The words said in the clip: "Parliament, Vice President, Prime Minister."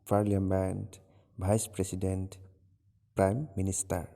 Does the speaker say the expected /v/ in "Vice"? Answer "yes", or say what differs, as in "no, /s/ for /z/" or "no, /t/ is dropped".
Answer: no, /b/ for /v/